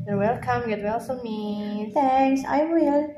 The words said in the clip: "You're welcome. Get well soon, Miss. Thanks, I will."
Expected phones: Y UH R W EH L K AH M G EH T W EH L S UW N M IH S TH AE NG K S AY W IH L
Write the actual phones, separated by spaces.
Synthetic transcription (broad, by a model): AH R W EH L K AH M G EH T W EH L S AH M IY TH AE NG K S AY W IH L